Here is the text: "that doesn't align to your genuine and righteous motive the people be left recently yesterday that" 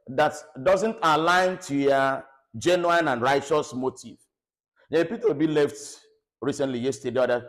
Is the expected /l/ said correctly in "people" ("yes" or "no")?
no